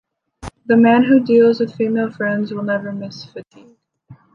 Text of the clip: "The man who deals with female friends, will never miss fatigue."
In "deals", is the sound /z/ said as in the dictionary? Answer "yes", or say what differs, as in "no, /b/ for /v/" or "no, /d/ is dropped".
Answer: yes